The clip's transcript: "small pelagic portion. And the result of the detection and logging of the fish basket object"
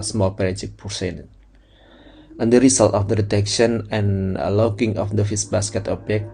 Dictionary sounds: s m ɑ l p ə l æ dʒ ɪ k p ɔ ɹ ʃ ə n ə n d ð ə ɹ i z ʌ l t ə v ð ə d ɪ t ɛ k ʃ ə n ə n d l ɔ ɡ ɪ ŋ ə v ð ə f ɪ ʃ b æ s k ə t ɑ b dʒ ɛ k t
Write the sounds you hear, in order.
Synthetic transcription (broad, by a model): s m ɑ l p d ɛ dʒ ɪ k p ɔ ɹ s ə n ə n d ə ɹ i s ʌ l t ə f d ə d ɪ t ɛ k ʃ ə n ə n l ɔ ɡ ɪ ŋ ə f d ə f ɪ s b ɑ s k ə t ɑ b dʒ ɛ k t